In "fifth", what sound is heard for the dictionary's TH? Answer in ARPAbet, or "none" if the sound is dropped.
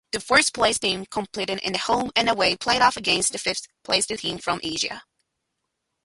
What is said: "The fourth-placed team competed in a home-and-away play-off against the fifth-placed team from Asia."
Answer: TH